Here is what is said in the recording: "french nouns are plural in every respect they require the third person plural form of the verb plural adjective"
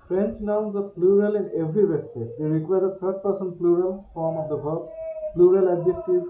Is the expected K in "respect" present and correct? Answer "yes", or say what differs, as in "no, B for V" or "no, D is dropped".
no, K is dropped